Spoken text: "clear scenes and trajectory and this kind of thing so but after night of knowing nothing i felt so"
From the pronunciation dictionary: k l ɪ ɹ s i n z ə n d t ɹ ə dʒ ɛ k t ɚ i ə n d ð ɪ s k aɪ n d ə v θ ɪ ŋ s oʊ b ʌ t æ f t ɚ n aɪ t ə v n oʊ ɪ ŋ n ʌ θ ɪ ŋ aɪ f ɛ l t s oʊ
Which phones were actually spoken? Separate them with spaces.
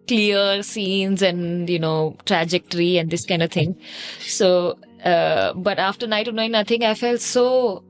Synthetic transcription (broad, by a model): k l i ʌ s i n z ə n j t ɹ ə dʒ ɛ k t ɚ i ə n d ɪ s k aɪ n d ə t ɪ ŋ s oʊ b ʌ t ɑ f t ɚ n aɪ t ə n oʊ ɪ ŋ n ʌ t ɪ ŋ aɪ f ɛ l t s oʊ